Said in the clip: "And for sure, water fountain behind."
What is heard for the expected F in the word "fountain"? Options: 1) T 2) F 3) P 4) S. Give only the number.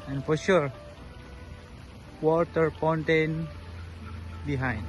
3